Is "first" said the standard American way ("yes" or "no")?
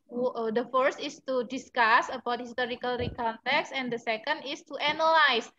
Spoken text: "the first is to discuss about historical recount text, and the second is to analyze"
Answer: yes